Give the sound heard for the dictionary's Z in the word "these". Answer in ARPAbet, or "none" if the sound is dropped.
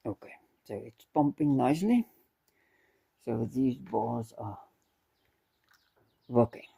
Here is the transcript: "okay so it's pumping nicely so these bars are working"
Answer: Z